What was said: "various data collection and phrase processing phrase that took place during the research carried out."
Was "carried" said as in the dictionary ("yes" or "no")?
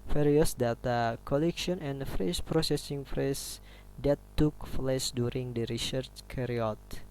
no